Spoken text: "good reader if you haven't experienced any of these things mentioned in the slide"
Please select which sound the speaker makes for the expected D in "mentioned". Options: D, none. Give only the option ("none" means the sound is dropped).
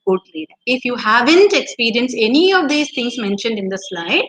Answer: D